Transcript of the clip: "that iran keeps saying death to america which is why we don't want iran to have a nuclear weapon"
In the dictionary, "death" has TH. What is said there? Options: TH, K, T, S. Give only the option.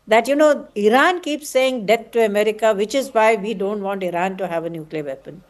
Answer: T